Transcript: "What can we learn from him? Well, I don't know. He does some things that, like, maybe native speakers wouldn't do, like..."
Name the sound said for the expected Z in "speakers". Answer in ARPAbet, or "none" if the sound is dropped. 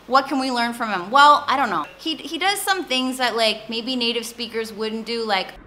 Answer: Z